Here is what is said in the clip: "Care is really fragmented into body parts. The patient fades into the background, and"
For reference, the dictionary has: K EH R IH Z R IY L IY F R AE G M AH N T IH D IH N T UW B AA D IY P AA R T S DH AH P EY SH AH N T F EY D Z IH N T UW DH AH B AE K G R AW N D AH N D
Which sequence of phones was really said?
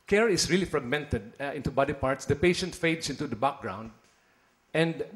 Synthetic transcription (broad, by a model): K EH R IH S R IY L IY F R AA G M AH N T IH D IH N T UW B AA D IY P AA R T S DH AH P EY SH AH N T F EY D S IH N T UW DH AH B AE K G R AW N D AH N D